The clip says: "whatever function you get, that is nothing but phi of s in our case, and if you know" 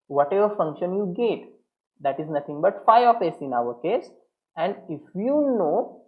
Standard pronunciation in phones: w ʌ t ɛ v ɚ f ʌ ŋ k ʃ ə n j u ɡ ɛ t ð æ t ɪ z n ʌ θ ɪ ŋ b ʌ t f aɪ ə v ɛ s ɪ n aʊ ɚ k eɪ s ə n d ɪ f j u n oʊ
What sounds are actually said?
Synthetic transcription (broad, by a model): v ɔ t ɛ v ɚ f ʌ ŋ k ʃ ə n j u ɡ ɛ t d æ t ɪ z n ʌ t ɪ ŋ b ʌ t f aɪ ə f ɛ s ɪ n aʊ ɚ k eɪ s ə n d ɪ f j u n oʊ